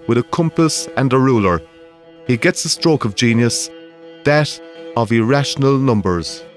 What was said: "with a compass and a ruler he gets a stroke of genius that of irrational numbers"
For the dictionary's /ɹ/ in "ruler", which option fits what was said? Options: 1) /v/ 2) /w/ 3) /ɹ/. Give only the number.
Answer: 3